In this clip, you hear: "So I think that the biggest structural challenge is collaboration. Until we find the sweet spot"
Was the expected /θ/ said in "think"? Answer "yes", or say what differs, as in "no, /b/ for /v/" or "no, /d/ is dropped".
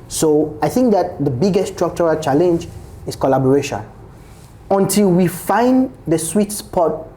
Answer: yes